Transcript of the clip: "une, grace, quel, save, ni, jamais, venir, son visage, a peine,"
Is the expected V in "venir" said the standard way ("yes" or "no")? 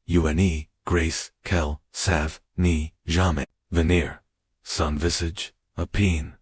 yes